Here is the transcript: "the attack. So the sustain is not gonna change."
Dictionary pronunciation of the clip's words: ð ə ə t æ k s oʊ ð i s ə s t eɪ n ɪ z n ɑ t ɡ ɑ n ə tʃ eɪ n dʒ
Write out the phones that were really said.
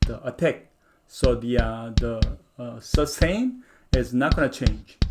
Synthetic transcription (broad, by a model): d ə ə t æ k s oʊ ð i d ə s s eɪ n ɪ z n ɑ t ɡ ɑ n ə tʃ eɪ n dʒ